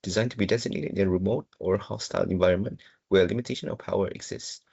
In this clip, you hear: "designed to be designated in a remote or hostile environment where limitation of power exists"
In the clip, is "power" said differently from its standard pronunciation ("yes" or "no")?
no